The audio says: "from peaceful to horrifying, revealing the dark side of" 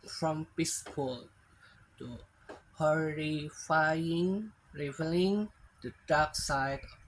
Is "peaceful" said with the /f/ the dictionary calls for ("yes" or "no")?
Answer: no